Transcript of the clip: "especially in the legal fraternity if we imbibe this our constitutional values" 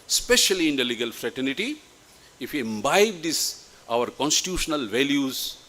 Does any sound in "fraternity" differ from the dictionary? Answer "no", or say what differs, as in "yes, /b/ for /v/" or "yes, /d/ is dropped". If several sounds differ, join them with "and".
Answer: no